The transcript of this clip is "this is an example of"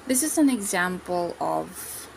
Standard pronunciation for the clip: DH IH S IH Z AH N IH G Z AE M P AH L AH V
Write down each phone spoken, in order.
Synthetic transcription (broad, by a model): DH IH S IH Z AH N IH G Z AE M P AH L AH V